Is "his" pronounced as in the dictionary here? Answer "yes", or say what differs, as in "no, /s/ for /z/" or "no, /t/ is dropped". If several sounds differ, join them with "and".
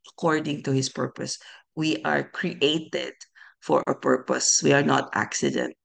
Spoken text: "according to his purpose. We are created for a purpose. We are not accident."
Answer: no, /s/ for /z/